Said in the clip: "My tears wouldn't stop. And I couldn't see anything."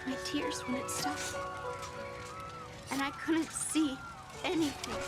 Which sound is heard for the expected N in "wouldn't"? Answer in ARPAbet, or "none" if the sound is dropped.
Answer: none